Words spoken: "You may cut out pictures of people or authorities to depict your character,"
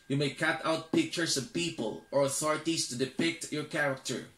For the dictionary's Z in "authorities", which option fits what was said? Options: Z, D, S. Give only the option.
S